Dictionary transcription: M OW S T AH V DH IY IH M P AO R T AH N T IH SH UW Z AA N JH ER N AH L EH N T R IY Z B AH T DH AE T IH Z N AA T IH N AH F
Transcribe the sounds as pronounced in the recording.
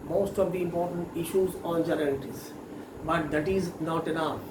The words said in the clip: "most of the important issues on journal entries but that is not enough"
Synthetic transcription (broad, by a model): M OW S T AH V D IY IH M P AO R T AH N T IH SH UW Z AA N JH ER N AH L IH T IY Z B AH T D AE T IH Z N AA T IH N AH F